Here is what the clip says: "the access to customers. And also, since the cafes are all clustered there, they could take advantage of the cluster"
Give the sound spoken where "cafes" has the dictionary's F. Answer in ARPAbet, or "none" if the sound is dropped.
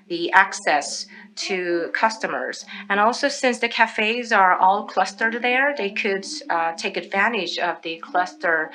F